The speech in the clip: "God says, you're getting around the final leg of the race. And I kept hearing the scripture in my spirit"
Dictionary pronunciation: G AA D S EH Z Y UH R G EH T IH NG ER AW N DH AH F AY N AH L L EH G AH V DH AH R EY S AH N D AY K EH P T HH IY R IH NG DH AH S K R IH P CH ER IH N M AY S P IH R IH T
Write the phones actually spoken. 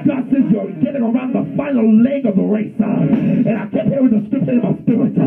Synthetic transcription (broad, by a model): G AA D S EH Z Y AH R G EH T IH NG ER AW N DH AH F AY N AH L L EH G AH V DH AH R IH S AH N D AY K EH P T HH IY W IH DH DH AH S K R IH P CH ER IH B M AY S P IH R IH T